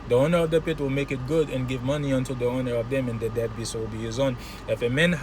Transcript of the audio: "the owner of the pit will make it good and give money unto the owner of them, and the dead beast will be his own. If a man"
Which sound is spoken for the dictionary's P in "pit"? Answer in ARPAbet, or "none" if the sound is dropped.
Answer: P